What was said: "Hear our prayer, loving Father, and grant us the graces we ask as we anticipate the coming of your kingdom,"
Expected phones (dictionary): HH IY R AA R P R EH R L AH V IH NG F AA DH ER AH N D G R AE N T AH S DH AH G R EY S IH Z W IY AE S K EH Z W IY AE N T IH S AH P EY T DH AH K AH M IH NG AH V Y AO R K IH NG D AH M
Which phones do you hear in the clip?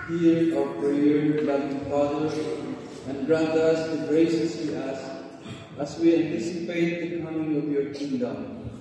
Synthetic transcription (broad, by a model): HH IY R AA W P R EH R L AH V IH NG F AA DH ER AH N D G R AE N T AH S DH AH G R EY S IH S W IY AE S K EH S W IY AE N T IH S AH P EY T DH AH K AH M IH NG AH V Y AO R K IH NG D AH M